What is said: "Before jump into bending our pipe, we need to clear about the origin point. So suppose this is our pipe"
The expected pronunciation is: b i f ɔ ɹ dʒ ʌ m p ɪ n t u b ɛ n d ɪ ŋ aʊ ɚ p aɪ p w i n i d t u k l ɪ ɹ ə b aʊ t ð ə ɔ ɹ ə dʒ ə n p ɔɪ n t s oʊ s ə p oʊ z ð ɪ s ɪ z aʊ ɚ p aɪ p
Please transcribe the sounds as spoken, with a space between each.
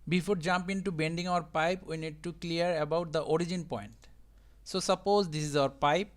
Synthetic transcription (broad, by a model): b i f ɔ ɹ dʒ ʌ m p ɪ n t u b ɛ n d ɪ ŋ aʊ ɚ p aɪ p w i n i d t u k l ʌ ɹ ə b aʊ t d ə ɔ ɹ ə dʒ ə n p ɔɪ n t s oʊ s ə p oʊ z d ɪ s ɪ z aʊ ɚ p aɪ p